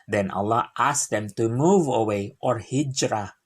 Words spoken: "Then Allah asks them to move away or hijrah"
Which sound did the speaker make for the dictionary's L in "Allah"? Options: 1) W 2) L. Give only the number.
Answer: 2